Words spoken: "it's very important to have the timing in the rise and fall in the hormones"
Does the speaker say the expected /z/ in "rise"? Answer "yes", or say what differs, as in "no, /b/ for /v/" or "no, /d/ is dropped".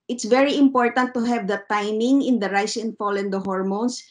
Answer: no, /s/ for /z/